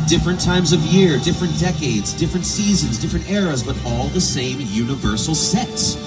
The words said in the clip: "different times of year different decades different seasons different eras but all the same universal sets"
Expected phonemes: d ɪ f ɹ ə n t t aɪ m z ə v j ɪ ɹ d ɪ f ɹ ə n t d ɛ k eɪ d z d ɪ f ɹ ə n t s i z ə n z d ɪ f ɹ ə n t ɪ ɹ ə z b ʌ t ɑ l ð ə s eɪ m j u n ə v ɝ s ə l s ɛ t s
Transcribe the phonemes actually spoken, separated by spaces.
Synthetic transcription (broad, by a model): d ɪ f ɹ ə n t t aɪ m z ə v j ɪ ɹ d ɪ f ɹ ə n d ɛ k eɪ d z d ɪ f ɹ ə n t s i z ə n z d ɪ f ɹ ə n t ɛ ɹ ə z b ʌ t ɑ l ð ə s eɪ m j u n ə v ɝ s l s ɛ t s